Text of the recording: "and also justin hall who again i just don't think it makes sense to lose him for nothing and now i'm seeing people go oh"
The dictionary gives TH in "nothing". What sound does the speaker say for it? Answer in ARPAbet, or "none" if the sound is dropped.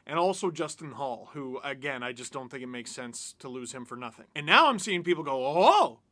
TH